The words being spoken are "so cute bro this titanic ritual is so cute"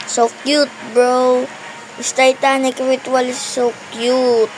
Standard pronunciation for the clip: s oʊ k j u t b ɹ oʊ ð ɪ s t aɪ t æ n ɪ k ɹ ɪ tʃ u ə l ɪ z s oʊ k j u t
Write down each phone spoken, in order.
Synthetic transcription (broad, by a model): s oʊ k j u t b ɹ oʊ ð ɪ s t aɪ t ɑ n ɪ k ɹ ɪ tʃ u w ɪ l s oʊ k j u t